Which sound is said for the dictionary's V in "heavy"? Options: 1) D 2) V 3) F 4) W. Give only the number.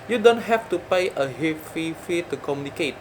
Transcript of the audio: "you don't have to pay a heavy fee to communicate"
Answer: 3